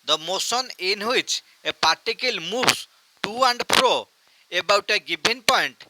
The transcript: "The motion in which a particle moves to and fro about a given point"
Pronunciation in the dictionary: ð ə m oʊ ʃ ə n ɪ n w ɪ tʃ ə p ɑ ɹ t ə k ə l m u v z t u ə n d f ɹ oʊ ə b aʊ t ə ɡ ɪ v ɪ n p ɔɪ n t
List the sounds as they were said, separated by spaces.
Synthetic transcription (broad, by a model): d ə m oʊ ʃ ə n ɪ n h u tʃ ə p ɑ ɹ t ə k ə l m u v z t u ə n d p ɹ oʊ ə b aʊ t ə ɡ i b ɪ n p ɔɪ n t